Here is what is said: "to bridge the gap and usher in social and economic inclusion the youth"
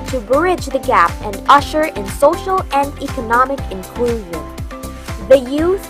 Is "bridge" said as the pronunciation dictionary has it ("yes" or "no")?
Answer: yes